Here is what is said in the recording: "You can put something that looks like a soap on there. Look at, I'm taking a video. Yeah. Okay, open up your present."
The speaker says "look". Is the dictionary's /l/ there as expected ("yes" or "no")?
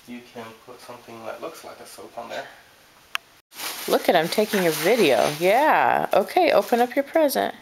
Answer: yes